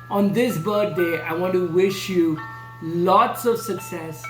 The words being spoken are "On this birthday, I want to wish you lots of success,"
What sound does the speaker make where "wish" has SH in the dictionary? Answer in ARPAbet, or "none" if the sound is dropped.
SH